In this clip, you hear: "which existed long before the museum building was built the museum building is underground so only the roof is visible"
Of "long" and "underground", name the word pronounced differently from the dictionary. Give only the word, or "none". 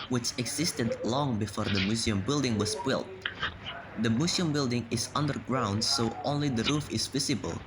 none